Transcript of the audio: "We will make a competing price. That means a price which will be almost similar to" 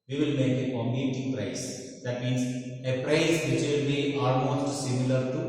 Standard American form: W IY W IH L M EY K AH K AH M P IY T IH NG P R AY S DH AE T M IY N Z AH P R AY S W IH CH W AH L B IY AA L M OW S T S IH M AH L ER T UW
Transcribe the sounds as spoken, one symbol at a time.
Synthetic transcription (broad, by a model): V IY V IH L M EY K AH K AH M IY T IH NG P R AY S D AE T M IY N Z AH P R AY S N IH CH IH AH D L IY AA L M OW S T S IH M AH L ER T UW